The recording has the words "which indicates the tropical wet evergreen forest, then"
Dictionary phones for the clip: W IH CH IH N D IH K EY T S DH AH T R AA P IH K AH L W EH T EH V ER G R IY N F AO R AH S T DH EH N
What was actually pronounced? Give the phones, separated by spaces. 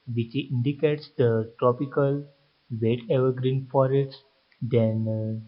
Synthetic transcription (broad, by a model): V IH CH IH N D IH K EY T S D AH T R AA P IH K AH L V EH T EH V ER G R IY N F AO R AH T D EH N